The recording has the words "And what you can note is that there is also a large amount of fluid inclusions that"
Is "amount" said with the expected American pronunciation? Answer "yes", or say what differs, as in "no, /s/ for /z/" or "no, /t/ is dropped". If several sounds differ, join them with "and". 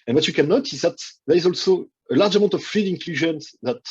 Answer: no, /n/ is dropped